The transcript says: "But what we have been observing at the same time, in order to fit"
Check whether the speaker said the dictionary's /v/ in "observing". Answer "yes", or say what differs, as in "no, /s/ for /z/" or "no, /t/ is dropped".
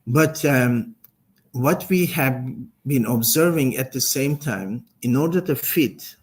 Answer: yes